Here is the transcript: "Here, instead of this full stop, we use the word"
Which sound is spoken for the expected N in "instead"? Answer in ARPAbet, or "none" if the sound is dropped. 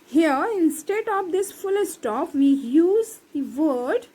N